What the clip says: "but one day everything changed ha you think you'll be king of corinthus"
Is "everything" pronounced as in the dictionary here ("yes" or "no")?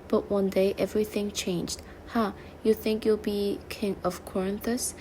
yes